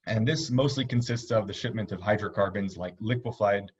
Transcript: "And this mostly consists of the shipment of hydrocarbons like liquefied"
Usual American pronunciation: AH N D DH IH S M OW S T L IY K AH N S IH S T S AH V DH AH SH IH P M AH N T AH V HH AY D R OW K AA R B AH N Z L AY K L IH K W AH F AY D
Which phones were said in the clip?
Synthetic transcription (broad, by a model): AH N DH IH S M OW S T L IY K AH N S IH S T S AH V DH AH SH IH P M AH N T AH V HH AY D R OW K AA R B AH N Z L AY K L IH K W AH F AY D